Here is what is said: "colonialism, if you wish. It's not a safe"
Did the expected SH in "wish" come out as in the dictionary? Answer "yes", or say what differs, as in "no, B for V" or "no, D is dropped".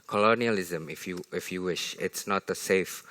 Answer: yes